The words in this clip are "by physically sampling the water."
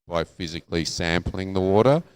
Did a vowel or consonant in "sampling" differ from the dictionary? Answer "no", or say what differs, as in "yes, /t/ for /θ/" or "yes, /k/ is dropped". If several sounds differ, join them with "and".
no